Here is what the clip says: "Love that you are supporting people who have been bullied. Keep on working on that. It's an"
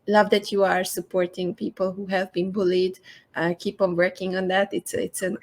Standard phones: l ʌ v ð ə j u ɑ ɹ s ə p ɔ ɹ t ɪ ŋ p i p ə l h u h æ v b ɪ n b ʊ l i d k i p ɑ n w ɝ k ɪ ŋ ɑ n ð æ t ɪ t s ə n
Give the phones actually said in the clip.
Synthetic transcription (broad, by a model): l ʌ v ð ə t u ɑ ɹ s ə p ɔ ɹ t ɪ ŋ p i p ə l h u h æ v b ɪ n b ʊ l i d k i p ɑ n w ɝ k ɪ ŋ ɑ n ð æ t ɪ t s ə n